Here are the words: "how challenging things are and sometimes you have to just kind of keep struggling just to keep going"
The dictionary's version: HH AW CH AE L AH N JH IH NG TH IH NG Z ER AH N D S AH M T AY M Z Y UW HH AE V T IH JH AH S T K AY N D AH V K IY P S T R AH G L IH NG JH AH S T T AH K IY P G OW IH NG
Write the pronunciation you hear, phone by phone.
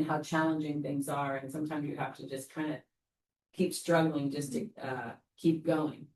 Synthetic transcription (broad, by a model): HH AW CH AE L AH N JH IH NG TH IH NG Z ER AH N S AH M T AY M Z Y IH HH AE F T IH JH AH S K AY N D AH K IY P S T R AH G L IH NG JH AH S T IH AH K IY P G OW IH NG